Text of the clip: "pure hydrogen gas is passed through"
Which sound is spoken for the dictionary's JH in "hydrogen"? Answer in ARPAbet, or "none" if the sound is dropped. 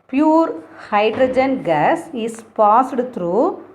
JH